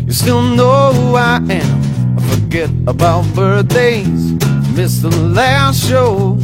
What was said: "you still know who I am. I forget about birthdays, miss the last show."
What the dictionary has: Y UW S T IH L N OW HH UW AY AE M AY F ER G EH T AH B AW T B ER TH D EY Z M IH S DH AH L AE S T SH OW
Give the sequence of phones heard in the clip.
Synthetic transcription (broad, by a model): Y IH S T IH L N OW HH UW AY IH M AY F ER G EH T AH B AW T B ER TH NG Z M IH S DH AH L AE S T SH OW